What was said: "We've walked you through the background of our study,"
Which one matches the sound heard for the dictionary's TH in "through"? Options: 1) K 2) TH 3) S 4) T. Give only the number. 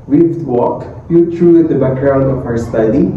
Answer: 4